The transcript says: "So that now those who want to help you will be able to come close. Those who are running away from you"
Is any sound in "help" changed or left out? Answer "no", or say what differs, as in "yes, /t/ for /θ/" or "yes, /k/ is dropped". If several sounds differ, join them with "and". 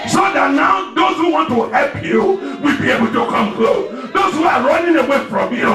no